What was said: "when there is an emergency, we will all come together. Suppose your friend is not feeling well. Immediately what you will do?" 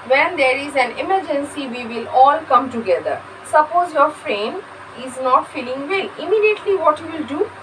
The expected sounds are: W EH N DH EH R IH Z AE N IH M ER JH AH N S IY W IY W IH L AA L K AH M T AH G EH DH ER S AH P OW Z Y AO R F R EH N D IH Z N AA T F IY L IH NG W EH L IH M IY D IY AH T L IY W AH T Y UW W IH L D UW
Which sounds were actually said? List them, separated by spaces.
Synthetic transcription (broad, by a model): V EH N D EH R IH Z AE N IH M ER JH AH N S IY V IY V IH L AA L K AH M T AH G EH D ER S AH P OW Z Y AO R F R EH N IH Z N AA T F IY L IH NG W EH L IH M IY D IY AH T L IY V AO T Y UW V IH L D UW